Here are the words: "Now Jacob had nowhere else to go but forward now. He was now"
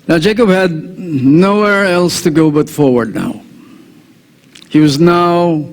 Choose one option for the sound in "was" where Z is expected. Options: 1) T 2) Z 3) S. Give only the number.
2